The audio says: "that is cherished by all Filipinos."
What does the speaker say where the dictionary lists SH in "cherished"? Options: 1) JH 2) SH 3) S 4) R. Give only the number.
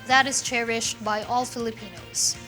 2